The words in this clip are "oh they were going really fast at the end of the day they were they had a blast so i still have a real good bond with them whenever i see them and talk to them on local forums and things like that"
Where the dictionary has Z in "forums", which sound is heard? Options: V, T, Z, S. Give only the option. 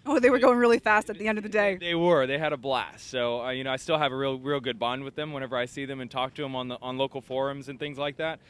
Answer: Z